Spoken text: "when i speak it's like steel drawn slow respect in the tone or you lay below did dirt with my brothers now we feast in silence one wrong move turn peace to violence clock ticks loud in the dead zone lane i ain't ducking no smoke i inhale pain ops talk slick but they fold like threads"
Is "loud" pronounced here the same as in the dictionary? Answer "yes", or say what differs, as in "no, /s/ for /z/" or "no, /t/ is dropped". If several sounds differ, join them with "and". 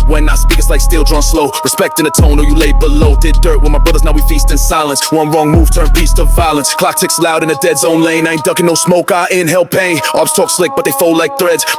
yes